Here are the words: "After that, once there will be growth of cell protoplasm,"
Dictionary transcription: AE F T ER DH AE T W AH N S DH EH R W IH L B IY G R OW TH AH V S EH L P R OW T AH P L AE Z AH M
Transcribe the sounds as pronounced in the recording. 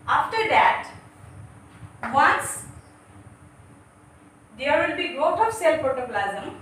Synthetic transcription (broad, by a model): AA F T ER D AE T W AH N S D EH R W IH L B IY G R OW T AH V S EH L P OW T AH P L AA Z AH M